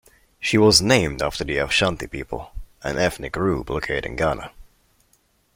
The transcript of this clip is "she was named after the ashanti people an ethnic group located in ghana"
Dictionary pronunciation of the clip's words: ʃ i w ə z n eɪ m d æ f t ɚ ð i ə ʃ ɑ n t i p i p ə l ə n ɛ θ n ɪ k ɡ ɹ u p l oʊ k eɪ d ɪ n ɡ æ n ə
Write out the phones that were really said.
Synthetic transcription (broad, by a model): ʃ i w ə z n eɪ m d æ f t ɚ ð i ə ʃ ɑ n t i p i p ə l ə n ɛ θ n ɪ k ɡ ɹ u b l oʊ k eɪ d ɪ n ɡ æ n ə